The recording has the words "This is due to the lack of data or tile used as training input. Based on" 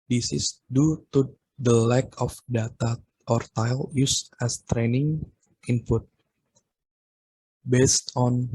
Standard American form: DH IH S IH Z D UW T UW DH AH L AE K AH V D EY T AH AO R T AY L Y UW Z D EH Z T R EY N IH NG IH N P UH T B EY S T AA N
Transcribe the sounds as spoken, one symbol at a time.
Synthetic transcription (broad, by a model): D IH S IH S D UW T UW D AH L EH K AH F D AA T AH AO R T AY L Y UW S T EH S T R EY N IH NG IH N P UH T B EY S T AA N